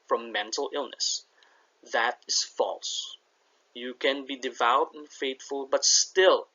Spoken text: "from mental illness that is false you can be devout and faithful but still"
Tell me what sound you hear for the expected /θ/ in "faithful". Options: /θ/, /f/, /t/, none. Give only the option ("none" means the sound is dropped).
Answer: /t/